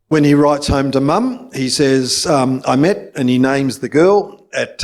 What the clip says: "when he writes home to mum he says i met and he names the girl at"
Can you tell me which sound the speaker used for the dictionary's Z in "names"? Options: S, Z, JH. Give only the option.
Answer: Z